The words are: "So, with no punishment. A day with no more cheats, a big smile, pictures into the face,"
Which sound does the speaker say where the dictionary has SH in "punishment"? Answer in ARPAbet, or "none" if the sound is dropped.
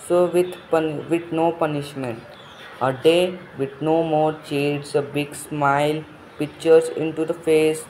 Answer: SH